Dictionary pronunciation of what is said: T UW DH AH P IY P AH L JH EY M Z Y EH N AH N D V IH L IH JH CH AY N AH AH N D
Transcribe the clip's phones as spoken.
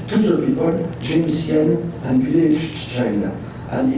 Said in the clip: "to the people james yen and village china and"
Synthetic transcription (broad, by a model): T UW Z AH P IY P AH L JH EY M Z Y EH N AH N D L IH SH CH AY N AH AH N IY